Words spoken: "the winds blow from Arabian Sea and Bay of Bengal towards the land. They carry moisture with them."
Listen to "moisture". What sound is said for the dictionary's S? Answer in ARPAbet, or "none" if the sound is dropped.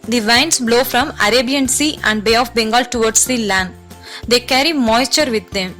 S